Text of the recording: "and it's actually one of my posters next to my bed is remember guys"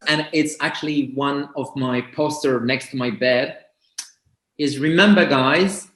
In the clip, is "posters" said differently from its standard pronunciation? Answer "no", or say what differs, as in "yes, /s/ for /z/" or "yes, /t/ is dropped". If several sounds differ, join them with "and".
yes, /z/ is dropped